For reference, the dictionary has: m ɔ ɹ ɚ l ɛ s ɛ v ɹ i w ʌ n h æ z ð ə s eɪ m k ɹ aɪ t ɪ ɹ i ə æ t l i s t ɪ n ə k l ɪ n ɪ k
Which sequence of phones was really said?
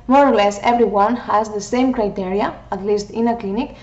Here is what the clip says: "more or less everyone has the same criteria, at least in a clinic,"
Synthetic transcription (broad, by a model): m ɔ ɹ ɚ l ɛ s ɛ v ɹ i w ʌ n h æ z ð ə s eɪ m k ɹ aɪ t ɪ ɹ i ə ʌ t l i s t ɪ n ə k l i n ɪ k